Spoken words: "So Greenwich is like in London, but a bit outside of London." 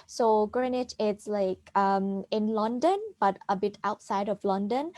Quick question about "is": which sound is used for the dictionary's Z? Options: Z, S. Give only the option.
S